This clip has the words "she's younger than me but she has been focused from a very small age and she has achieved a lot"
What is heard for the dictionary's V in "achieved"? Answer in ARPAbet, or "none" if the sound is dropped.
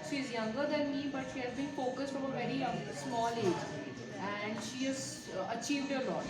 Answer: V